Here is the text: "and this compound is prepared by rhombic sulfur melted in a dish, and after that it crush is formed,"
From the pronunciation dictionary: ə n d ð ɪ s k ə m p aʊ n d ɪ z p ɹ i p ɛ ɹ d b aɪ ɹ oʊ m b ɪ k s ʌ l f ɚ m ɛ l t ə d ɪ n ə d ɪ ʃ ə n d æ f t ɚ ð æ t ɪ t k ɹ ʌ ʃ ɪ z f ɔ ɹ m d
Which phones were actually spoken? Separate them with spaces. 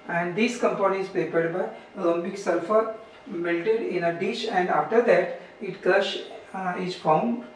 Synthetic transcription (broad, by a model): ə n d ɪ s k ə m p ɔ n ɪ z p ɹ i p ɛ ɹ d b aɪ l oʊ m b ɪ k s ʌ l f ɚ m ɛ l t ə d ɪ n ə d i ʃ ə n d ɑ f t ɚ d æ t ɪ t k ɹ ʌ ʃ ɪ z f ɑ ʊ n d